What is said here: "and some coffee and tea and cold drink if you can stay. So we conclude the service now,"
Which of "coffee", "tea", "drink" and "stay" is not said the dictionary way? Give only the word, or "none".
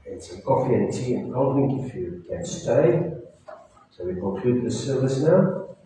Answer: drink